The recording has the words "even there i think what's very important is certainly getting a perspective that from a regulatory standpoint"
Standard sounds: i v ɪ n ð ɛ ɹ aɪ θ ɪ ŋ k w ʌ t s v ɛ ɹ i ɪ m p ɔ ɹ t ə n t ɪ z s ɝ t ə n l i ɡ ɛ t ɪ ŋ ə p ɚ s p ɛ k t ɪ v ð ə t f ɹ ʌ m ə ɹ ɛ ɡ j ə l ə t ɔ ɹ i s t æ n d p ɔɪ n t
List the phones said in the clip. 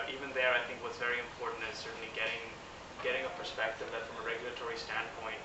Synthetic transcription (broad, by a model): i v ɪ n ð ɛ ɹ aɪ θ ɪ ŋ k w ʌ t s v ɛ ɹ i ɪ m p ɔ ɹ t n t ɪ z s ɝ t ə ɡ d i ɡ ɛ t ɪ ŋ ə p ɚ s p ɛ k t ɪ v ð ə t f ɹ ʌ m ə ɹ ɛ ɡ j l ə t ɔ ɹ i s t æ n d p ɔɪ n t